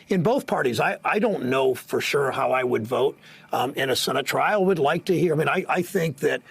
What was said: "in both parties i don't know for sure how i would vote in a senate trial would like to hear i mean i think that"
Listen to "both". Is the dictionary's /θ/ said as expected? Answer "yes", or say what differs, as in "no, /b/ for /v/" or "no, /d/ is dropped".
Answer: yes